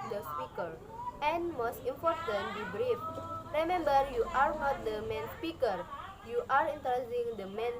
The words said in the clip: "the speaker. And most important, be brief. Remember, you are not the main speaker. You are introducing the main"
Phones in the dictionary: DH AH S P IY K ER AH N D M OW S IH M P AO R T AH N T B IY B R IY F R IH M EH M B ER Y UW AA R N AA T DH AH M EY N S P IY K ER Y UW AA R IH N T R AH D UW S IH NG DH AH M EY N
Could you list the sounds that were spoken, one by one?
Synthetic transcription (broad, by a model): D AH S P IY K ER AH N M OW S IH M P AO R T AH N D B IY B R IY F R IH M EH M B ER Y UW AA R N AA T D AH M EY N S P IY K ER Y UW AA R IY N T AH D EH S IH NG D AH M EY N